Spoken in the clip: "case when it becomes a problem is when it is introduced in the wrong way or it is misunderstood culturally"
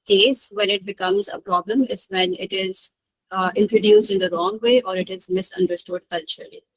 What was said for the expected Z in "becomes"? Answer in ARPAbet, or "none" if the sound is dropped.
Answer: Z